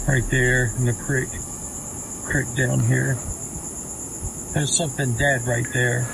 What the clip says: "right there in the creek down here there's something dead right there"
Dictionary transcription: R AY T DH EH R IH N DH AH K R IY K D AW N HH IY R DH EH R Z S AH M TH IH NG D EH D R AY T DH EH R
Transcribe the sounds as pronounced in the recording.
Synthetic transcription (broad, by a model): R AY T DH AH R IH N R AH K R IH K D AW N HH IY R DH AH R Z S AH M TH IH NG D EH D R AY T DH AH R